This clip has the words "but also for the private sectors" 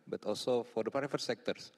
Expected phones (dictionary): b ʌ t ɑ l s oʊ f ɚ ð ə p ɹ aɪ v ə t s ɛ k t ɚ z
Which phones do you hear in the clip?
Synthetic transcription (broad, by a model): b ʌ t ɑ l s oʊ f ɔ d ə p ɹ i f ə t s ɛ k t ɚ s